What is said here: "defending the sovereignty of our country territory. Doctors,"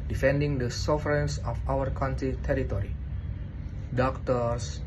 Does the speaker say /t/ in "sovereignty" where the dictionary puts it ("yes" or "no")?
no